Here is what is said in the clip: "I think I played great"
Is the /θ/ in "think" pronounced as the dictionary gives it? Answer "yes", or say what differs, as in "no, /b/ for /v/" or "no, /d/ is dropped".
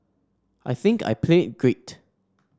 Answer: yes